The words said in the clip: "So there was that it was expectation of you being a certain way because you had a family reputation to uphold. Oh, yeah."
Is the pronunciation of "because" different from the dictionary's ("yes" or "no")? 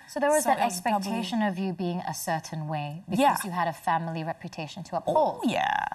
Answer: yes